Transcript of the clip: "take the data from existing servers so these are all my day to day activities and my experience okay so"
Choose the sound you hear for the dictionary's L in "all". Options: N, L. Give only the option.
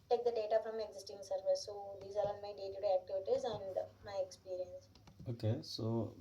N